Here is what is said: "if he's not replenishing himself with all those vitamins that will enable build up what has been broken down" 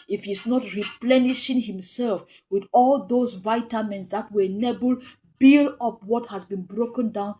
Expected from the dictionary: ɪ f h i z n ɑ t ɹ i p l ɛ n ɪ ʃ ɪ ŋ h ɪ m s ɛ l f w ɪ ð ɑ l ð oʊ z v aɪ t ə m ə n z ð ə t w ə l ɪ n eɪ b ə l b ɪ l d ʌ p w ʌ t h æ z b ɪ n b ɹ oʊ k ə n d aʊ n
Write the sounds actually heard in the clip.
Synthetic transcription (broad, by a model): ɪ f h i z n ɑ t ɹ i p l ɛ n ɪ ʃ ɪ ŋ h ɪ m s ɛ l f w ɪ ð ɑ l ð oʊ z v aɪ t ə m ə n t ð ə t w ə ɪ n eɪ b ə l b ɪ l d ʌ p w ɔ t h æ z b ɪ n b ɹ oʊ k ə n d aʊ n